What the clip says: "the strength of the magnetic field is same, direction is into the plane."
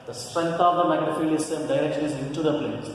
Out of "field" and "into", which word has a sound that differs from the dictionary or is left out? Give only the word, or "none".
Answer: field